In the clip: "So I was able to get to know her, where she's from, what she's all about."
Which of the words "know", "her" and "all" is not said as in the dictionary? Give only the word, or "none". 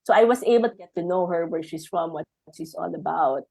all